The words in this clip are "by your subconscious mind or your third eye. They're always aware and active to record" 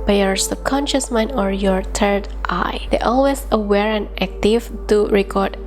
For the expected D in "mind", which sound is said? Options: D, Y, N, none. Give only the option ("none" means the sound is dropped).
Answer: none